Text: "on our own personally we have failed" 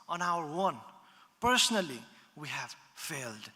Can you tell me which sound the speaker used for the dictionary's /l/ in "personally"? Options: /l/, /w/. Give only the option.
/l/